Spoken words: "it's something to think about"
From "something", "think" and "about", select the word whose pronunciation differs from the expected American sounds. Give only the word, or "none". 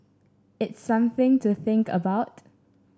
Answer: none